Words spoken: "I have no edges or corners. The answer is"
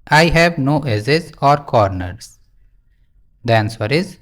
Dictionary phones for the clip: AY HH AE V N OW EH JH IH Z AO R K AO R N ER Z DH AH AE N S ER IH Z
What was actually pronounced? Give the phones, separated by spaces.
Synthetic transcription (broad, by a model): AY HH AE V N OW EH Z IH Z AO R K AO R N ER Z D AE N S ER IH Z